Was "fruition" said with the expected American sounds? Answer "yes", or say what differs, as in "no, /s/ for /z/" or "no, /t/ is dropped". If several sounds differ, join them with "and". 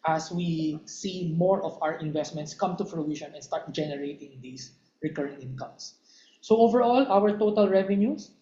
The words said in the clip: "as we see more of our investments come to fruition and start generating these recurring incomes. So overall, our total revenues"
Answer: no, /p/ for /f/